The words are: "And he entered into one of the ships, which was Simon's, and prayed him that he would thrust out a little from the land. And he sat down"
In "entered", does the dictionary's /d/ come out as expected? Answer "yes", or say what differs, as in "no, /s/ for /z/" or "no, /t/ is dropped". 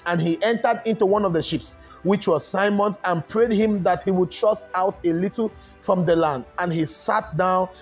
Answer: yes